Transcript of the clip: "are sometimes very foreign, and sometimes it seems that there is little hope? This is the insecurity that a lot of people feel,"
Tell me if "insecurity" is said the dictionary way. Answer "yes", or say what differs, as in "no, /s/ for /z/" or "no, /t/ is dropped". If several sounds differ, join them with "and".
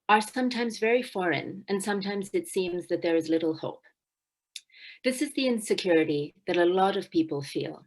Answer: yes